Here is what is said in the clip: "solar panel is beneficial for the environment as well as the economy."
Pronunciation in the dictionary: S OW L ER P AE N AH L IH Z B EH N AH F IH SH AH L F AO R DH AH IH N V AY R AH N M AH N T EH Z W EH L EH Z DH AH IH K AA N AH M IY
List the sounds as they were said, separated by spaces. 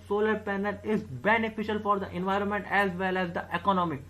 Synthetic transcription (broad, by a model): S OW L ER P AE N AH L IH Z B EH N AH F IH SH AH L F AO R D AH IH N V AY R AH N M AH N T EH Z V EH L EH Z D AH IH K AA N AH M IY